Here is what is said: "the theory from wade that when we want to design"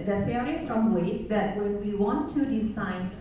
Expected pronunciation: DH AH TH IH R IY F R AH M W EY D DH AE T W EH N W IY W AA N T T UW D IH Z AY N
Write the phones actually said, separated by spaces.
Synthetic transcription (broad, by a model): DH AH F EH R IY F R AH M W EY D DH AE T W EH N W IY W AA N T T UW D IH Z AY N